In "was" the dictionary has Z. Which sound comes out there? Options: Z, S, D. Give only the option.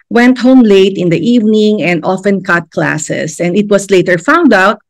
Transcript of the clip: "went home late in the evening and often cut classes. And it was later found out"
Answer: S